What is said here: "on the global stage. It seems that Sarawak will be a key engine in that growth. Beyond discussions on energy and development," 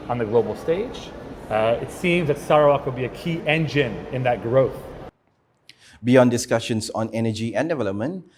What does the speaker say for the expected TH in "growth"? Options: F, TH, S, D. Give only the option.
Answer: TH